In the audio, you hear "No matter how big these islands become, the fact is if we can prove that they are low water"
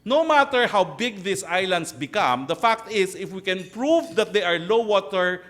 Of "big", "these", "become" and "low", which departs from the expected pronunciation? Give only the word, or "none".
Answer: these